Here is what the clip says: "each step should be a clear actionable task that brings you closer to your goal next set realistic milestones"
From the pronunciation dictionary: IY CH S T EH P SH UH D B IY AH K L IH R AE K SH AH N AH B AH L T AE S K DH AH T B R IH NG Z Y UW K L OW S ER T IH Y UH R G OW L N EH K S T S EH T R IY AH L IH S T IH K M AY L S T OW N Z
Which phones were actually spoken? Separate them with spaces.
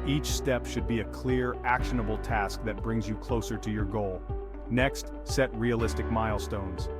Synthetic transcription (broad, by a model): IY CH S T EH P SH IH D B IY AH K L IH R AE K SH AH N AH B L T AE S K DH AH T B R IH NG Z Y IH K L OW S ER T IH Y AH R G OW L N EH K S T S EH T R IY AH L IH S T IH K M AY L S T OW N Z